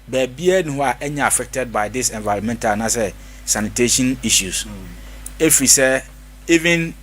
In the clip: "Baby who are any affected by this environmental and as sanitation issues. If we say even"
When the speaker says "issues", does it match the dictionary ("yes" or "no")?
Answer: no